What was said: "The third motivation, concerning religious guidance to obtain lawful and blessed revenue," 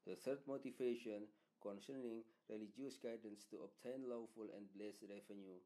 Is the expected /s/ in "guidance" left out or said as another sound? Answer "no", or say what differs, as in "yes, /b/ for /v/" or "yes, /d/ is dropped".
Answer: no